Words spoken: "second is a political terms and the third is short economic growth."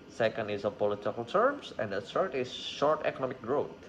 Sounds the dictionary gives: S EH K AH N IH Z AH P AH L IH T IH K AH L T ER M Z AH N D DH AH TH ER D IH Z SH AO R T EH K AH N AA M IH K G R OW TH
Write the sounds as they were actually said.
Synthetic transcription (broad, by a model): S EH K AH N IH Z AH P AH L IH T IH K AH L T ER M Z AH N D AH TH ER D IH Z SH AO R T EH K AH N AA M IH K G R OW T